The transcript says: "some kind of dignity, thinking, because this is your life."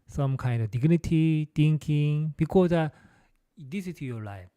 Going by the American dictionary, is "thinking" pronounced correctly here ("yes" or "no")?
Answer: no